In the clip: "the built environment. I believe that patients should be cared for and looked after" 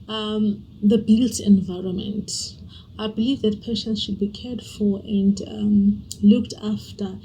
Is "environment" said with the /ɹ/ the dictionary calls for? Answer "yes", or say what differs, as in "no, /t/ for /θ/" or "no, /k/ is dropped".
yes